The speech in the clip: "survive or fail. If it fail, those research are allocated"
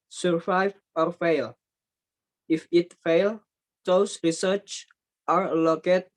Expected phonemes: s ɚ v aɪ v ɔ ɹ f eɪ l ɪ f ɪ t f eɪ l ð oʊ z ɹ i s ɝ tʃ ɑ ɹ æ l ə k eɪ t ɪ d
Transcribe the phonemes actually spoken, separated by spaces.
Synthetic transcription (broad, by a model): s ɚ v aɪ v ɔ ɹ f eɪ l ɪ f ɪ t f eɪ l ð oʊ s ɹ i s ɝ tʃ ɑ ɹ l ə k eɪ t